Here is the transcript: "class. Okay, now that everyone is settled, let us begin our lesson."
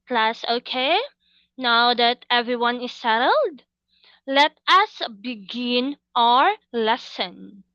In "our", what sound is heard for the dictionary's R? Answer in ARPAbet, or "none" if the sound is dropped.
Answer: R